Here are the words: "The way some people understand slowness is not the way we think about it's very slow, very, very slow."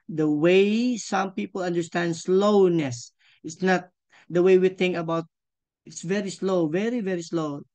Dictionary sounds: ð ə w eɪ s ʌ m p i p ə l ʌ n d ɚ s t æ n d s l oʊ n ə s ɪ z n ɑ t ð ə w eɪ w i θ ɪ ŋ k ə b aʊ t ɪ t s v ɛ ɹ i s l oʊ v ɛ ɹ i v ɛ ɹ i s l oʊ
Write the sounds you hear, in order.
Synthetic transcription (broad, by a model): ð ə w eɪ s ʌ m p i p ə l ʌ n d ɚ s t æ n d s l oʊ n ə s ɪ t n ɑ t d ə w eɪ w i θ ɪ ŋ k ə b aʊ t ɪ t s v ɛ ɹ i s l oʊ v ɛ ɹ i v ɛ ɹ i s l oʊ